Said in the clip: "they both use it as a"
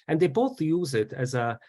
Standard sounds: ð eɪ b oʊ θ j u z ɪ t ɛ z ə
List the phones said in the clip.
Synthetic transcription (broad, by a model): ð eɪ b oʊ θ j u z ɪ t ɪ z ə